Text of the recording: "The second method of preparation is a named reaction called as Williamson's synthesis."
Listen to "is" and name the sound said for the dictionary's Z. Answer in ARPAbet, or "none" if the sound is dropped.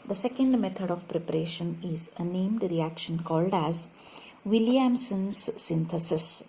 Z